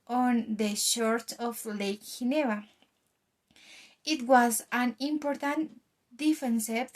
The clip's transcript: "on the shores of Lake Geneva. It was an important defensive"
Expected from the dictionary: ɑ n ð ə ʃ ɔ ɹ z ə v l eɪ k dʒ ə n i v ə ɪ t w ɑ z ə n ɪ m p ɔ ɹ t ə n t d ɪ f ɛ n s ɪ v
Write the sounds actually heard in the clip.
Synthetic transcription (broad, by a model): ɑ n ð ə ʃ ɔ ɹ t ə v l eɪ k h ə n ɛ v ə ɪ t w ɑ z ə n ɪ m p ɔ ɹ t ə n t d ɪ f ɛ n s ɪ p